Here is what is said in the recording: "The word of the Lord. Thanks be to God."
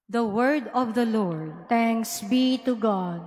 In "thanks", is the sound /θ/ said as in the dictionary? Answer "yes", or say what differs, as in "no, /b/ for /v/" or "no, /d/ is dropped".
no, /t/ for /θ/